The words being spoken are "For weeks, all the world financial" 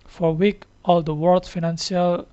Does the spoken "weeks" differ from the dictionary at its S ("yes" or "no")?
yes